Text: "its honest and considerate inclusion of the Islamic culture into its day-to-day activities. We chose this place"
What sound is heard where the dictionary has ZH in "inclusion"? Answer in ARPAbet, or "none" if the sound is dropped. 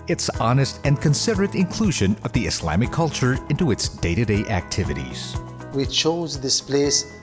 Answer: ZH